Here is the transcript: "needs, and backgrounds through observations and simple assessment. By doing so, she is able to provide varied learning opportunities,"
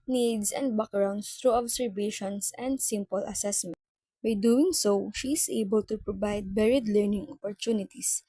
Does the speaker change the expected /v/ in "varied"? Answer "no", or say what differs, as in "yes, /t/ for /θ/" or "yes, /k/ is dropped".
yes, /b/ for /v/